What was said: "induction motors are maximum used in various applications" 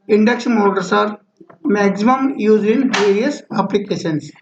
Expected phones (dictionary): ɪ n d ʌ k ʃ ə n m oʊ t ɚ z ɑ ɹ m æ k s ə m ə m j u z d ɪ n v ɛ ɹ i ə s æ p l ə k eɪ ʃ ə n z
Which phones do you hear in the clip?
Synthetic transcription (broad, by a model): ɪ n d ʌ k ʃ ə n m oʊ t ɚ s ɑ ɹ m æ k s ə m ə m j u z ɪ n v ɛ ɹ i ə s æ p l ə k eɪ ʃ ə n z